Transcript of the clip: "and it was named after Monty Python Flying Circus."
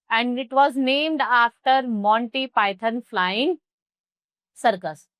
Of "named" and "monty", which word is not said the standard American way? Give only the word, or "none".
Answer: none